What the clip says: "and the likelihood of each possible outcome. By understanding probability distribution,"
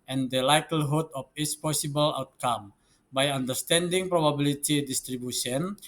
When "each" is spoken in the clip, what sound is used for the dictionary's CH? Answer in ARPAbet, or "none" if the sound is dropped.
S